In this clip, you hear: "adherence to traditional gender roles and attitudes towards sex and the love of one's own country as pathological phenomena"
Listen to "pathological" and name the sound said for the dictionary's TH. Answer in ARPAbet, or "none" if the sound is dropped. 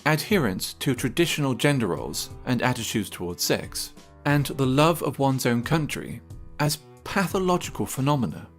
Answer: TH